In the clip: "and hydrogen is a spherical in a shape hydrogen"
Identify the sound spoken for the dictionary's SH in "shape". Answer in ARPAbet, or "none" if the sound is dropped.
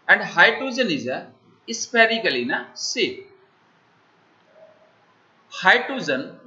S